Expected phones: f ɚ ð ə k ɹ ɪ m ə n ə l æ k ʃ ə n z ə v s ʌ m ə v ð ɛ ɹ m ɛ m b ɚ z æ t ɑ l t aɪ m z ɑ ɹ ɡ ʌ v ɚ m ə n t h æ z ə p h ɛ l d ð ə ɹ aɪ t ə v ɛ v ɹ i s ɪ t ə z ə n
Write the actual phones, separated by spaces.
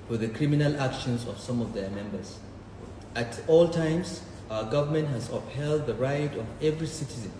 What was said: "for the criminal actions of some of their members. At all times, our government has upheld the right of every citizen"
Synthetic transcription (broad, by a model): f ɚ ð ə k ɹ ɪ m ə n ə l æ k ʃ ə n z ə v s ʌ m ə v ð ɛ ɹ m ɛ m b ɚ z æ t ɑ l t aɪ m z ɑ ɡ ʌ v ɚ m ə n t h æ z ə p h ɛ l d ð ə ɹ aɪ t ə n ɛ v ɹ i s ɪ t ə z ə n